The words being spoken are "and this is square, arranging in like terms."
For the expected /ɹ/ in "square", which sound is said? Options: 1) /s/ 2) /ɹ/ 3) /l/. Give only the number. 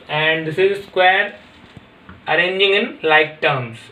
2